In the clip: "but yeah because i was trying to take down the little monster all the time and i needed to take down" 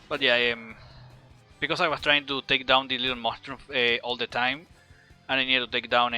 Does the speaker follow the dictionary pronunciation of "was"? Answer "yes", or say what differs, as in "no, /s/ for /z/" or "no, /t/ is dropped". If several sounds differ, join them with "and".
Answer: no, /s/ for /z/